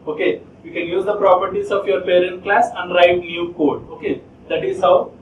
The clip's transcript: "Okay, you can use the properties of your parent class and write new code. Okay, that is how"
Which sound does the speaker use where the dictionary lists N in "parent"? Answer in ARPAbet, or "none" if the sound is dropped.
N